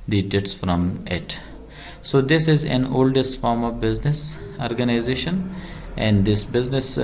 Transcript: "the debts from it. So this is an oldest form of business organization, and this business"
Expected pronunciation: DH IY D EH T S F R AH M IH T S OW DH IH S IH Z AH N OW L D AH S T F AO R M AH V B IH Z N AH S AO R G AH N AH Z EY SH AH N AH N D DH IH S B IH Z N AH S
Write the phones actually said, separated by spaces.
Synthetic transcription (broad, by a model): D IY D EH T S F R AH M IH T S OW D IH S IH Z AH N OW L D AH S T F AO R M AH V B IH Z N AH S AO R G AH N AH Z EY SH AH N AH N D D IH S B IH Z N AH S